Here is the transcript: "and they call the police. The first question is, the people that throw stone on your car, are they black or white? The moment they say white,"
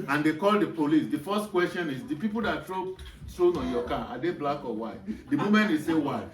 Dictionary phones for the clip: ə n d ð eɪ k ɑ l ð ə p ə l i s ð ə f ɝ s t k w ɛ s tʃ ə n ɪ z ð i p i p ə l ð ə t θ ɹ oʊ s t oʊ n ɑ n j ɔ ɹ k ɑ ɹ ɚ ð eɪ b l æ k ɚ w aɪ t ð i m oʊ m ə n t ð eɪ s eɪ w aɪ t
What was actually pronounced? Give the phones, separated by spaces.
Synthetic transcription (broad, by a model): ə n d eɪ k ɑ l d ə p ə l i s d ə f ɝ s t k w ɛ s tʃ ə n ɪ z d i p i p ə l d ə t t ɹ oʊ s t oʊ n ɑ n j ɔ k ɑ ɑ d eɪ b l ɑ k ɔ w aɪ t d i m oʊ m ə n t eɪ s eɪ w aɪ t